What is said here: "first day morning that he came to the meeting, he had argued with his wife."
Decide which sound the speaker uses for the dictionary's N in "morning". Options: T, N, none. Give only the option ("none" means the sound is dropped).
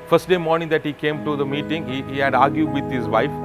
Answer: N